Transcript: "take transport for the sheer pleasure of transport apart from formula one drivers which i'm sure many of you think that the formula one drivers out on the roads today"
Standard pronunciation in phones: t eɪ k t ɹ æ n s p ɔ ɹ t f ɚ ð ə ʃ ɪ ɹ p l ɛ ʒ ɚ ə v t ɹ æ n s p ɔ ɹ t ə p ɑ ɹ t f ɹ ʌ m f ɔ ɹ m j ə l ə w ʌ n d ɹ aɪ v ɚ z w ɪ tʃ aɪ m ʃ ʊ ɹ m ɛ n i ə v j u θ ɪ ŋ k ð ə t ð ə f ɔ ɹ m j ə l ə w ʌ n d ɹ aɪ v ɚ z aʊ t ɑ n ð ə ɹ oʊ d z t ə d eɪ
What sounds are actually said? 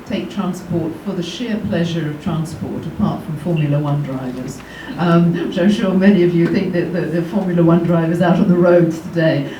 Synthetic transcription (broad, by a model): t eɪ k t ɹ æ n s p ɔ ɹ t f ɚ ð ə ʃ ɪ ɹ p l ɛ ʒ ɚ ə v t ɹ æ n s p ɔ ɹ t ə p ɑ ɹ t f ɹ ʌ m f ɔ ɹ m j ə l ə w ʌ n d ɹ aɪ v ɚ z w ɪ tʃ aɪ m ʃ ʊ ɹ m ɛ n i ə v j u θ ɪ ŋ k ð ə t ð ə f ɔ ɹ m j ə l ə w ʌ n d ɹ aɪ v ɚ z aʊ t n ð ə ɹ oʊ d z t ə d eɪ